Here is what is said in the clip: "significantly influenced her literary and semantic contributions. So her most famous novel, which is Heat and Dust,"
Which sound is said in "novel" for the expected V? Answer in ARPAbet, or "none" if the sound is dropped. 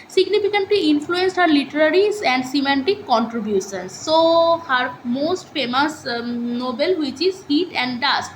B